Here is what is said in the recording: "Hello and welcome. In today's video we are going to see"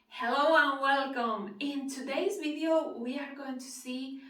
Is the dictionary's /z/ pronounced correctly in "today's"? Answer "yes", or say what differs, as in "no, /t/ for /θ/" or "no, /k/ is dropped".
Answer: yes